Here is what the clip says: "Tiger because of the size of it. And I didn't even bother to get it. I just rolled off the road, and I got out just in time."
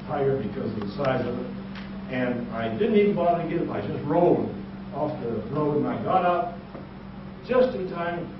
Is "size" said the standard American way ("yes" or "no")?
yes